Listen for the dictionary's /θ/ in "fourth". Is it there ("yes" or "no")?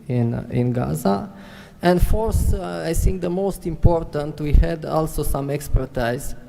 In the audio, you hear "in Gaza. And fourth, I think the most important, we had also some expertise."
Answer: no